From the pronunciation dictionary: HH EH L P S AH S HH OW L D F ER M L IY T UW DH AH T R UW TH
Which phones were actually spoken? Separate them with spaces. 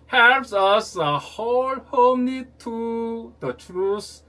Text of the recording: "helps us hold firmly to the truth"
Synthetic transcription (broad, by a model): HH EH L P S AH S HH OW L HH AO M N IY T UW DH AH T R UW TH